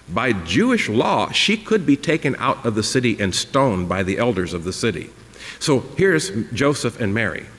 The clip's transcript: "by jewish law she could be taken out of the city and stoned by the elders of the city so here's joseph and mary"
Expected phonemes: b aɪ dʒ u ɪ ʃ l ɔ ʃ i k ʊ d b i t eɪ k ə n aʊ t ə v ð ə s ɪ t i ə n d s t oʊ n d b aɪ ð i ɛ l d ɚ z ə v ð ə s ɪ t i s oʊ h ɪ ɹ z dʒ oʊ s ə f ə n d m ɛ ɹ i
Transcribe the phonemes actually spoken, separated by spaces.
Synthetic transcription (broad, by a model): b aɪ dʒ u ɪ ʃ l ɔ ʃ i k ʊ d b i t eɪ k ə n aʊ t ə v ð ə s ɪ t i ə n s t oʊ n b aɪ ð i ɛ l d ɚ z ə v ð ə s ɪ t i s oʊ h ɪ ɹ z dʒ oʊ s ə f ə n m ɛ ɹ i